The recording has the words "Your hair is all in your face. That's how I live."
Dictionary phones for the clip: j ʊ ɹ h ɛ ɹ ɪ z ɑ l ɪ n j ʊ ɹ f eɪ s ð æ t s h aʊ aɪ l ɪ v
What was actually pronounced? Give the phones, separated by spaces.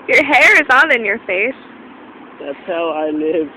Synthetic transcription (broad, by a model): j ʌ ɹ h ɛ ɹ ɪ z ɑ n ɪ n j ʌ ɹ f eɪ s ð æ t s h aʊ aɪ l ɪ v